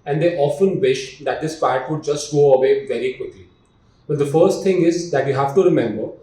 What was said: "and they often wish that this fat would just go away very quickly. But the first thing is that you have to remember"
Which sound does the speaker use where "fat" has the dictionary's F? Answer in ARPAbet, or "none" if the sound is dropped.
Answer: P